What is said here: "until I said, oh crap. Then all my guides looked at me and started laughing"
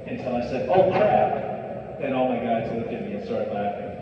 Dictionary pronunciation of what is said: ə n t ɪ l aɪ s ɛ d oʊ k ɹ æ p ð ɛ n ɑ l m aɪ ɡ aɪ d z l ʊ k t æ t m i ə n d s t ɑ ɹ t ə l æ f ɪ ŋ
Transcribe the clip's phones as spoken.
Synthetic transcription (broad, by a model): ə n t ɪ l aɪ s ɛ d oʊ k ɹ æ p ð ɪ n ɑ l m aɪ ɡ aɪ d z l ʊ k ɪ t m i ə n s t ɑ ɹ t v l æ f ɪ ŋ